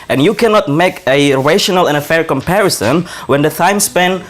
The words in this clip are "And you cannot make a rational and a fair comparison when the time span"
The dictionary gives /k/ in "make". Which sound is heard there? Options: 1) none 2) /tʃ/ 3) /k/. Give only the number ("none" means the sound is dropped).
3